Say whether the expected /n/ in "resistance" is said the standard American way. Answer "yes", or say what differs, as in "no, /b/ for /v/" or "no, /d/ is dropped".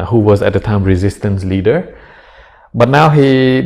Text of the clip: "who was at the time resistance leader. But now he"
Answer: yes